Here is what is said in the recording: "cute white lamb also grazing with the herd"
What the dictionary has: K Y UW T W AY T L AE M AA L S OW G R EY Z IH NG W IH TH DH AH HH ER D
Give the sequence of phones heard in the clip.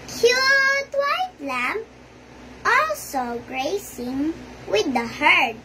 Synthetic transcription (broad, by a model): K Y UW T W AY T L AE M AA L S OW G R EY S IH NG W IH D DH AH HH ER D